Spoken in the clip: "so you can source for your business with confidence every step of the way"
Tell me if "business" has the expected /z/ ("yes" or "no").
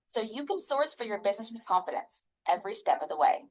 yes